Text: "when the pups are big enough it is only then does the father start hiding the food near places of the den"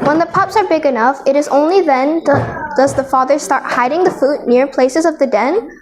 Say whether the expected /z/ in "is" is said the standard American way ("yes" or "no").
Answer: yes